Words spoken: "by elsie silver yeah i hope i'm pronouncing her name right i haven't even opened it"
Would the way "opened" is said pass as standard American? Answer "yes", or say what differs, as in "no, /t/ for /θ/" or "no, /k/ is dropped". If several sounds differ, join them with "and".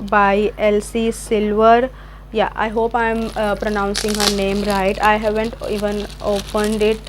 yes